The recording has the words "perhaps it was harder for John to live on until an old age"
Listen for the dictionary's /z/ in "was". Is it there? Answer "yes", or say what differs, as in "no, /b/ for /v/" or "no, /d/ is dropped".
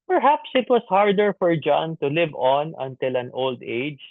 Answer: no, /s/ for /z/